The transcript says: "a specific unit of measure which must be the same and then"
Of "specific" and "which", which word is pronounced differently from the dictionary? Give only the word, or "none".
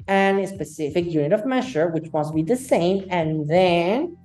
none